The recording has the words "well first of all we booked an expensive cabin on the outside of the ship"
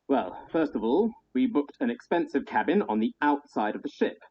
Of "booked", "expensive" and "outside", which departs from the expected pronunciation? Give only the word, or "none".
none